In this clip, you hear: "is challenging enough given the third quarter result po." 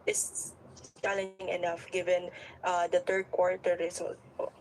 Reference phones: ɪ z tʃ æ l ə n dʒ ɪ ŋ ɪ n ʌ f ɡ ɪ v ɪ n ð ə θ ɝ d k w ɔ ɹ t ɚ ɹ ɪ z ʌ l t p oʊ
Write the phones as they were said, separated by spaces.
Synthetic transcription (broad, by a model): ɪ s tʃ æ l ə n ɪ ŋ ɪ n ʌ f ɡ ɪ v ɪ n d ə t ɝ d k w ɔ ɹ t ɚ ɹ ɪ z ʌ l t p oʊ